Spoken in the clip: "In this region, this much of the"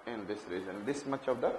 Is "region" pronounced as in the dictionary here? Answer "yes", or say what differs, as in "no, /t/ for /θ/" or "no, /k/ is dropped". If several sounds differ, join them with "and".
no, /z/ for /dʒ/